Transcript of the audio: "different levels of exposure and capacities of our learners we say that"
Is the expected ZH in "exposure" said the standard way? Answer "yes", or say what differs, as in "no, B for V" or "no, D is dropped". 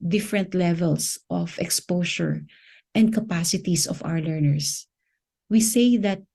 no, SH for ZH